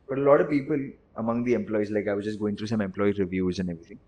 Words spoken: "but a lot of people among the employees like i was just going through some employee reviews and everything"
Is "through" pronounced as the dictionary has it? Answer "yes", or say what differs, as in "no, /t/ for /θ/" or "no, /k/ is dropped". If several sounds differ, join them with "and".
no, /t/ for /θ/